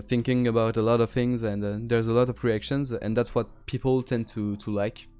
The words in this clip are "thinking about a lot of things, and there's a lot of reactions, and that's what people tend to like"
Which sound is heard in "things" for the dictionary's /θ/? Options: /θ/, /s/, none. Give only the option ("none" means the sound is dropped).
/θ/